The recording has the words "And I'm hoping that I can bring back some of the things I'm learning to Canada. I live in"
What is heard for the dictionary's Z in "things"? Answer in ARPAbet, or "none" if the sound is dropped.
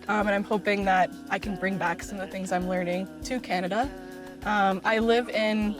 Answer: Z